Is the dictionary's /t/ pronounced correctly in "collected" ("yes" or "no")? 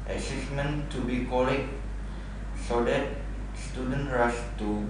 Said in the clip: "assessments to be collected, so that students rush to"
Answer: no